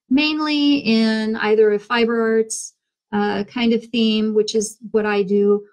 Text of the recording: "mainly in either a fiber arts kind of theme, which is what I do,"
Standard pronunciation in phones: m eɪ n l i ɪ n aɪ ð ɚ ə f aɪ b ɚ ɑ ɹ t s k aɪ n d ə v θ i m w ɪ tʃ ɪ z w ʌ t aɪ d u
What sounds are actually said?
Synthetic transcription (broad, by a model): m eɪ n l i ɪ n aɪ ð ɚ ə f aɪ b ɚ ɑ ɹ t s k aɪ n d ə v θ i m w ɪ tʃ ɪ z w ʌ t aɪ d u